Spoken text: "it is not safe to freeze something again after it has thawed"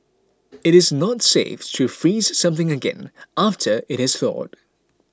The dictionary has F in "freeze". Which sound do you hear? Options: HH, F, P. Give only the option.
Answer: F